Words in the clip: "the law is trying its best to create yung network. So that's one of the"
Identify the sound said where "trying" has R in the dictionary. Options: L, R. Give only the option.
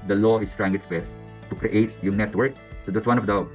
R